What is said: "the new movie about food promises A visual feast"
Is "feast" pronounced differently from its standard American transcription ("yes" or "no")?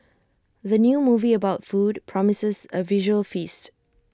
no